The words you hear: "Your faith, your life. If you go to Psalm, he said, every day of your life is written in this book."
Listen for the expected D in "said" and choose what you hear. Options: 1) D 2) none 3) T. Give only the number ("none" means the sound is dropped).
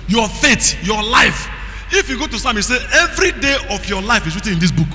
2